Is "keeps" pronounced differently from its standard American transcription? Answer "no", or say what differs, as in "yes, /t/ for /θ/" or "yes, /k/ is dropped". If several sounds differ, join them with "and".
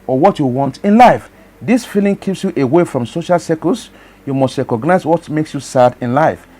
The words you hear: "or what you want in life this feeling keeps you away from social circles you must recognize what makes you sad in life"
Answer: no